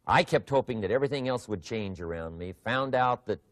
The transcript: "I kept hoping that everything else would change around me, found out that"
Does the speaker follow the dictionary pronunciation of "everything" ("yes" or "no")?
yes